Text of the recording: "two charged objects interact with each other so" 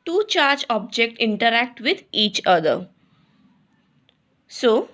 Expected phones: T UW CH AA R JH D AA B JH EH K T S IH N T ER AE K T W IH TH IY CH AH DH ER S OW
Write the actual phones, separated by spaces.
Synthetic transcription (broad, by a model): T UW CH AA R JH AA B JH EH K T IH N T ER AE K T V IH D IY CH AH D ER S OW